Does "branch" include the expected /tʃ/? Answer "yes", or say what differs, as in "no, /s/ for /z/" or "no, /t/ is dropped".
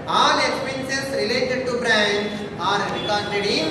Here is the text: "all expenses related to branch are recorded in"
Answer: no, /tʃ/ is dropped